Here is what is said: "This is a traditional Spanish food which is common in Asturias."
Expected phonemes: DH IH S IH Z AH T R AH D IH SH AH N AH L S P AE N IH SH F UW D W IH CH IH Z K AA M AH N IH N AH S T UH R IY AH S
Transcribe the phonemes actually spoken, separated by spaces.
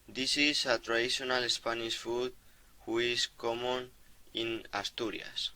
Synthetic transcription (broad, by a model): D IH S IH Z AH T R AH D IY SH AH N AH L S P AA N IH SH F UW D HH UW IH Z K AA M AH N IH N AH S T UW R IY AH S